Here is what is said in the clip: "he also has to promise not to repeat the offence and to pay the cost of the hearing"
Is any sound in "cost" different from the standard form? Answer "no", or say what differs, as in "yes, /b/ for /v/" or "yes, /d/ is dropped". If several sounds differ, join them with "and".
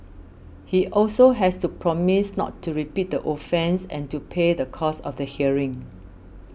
yes, /t/ is dropped